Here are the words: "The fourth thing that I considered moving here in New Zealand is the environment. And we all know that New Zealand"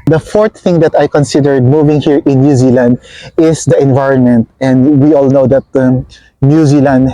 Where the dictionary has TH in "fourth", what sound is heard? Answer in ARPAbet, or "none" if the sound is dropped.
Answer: T